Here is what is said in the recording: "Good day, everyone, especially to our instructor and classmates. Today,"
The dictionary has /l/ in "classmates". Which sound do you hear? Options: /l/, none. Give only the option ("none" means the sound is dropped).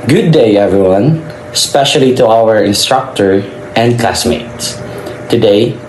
/l/